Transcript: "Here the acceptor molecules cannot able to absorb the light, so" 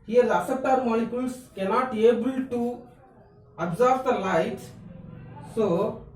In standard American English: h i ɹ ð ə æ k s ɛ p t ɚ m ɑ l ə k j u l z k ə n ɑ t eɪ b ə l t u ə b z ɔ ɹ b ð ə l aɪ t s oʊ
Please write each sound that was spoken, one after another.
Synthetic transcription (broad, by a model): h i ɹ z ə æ s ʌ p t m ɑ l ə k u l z k ə n ɑ t eɪ b ə l t u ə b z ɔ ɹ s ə l aɪ t s oʊ